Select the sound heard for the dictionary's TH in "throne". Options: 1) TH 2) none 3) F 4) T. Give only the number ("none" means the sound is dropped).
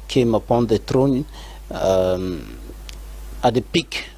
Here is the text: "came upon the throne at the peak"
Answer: 4